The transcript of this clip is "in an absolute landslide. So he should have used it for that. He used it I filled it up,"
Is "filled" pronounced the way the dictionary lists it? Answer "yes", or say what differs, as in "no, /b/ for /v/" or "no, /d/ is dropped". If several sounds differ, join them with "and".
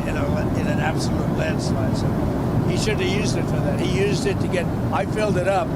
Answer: yes